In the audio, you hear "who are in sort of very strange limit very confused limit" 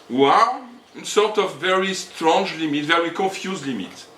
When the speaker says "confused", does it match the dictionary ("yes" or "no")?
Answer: no